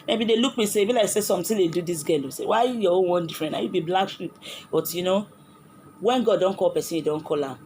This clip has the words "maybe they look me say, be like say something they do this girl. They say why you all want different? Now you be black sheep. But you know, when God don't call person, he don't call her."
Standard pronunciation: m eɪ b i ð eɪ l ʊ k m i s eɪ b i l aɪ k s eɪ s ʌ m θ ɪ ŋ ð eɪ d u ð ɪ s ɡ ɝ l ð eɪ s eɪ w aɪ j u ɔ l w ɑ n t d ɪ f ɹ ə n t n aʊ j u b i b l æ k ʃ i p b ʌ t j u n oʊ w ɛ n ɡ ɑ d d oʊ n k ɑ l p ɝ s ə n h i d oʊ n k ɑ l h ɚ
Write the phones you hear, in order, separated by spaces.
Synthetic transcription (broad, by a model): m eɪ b i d eɪ l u k m i s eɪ b i l aɪ k s eɪ s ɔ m t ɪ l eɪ d u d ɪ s ɡ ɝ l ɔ s eɪ w aɪ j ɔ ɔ n w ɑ n d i f ɹ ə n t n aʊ j u b i b l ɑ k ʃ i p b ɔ t j u n oʊ w ɛ n ɡ ɑ d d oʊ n k ɑ l p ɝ s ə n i d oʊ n k ɑ l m